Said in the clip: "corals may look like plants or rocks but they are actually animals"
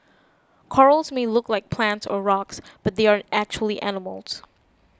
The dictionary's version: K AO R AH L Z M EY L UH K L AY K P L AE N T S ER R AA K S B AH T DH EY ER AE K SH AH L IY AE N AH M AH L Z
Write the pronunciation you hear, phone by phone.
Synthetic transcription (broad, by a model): K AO R L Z M EY L UH K L AY K P L AE N T S ER R AA K S B AH T DH EY ER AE K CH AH L IY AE N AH M L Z